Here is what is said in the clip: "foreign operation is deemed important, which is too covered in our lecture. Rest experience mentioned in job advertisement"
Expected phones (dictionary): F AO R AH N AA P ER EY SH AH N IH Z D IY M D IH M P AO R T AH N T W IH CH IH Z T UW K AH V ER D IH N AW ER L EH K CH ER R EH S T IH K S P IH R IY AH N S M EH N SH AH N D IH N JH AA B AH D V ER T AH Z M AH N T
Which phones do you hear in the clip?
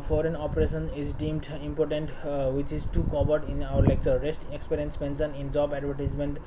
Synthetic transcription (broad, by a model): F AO R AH N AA P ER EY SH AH N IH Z D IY M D IH M P AO R T AH N T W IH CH IH Z T UW K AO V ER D IH N AW ER L EH K CH ER R EH S T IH K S P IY R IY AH N S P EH N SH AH N IH N JH AA B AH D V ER T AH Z M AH N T